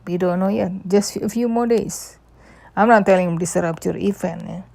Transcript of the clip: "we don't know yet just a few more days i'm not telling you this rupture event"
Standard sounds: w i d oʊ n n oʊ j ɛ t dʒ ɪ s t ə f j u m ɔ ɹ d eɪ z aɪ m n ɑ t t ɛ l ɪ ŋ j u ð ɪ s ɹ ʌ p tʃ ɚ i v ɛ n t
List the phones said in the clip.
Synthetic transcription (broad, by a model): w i d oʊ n n oʊ j ɛ t dʒ ɪ s t ə f j u m ɔ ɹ d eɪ s aɪ m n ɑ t t ɛ l ɪ ŋ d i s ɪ ɹ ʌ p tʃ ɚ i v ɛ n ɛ